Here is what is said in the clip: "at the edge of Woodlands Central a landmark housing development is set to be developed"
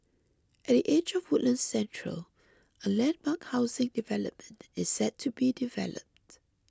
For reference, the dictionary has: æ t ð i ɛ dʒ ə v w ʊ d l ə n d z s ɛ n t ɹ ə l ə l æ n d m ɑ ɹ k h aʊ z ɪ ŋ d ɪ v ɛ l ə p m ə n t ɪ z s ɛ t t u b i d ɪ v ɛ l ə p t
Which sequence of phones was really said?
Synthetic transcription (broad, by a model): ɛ t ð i ɛ dʒ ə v w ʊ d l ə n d s ɛ n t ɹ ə l ə l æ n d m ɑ k h aʊ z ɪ ŋ d ɪ v ɛ l ə p m ə n t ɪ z s ɛ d t u b i d ɪ v ɛ l ə p t